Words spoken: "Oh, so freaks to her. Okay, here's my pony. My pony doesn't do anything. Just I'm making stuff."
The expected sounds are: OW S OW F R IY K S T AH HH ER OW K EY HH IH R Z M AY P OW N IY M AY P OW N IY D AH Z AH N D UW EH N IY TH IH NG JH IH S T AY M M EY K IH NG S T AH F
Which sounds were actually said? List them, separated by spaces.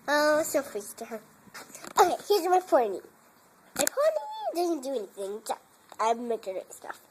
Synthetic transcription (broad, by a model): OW S OW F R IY S T AH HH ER OW K EY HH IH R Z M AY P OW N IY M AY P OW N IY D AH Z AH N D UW EH N IY TH IH NG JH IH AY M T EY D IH S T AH F